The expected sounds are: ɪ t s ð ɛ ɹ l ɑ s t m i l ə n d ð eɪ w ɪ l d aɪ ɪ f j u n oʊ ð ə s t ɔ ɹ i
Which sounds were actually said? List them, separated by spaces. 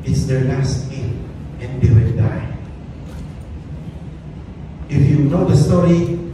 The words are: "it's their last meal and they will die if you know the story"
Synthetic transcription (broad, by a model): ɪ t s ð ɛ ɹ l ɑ s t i n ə n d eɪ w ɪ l d aɪ ɪ f j u n oʊ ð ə s t ɔ ɹ i